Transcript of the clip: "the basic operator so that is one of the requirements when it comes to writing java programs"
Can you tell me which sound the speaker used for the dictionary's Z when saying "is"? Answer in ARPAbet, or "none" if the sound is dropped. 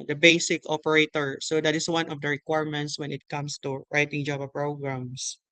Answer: S